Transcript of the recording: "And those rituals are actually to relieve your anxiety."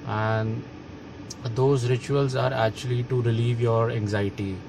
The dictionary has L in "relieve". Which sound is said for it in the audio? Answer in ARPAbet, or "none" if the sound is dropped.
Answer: L